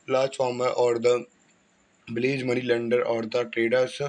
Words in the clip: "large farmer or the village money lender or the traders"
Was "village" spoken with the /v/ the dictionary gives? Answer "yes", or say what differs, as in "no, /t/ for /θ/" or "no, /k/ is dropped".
no, /b/ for /v/